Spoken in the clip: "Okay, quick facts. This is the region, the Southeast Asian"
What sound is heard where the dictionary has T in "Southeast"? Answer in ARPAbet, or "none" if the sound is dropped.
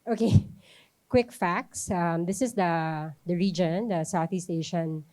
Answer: T